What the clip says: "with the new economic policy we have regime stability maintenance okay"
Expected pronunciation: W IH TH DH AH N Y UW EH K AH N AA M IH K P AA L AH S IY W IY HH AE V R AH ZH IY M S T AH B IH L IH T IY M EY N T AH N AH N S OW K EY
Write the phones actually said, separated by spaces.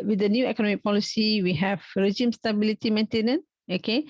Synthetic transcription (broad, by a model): W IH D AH N Y UW EH K AH N AA M IH K P AA L AH S IY W IY HH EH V R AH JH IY M S T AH B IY L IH T IY M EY N T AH N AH N OW K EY